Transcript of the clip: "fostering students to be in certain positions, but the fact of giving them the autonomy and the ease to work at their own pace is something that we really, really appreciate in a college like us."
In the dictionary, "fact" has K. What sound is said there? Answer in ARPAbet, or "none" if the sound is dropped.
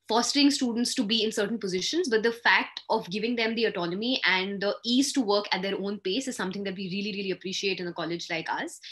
K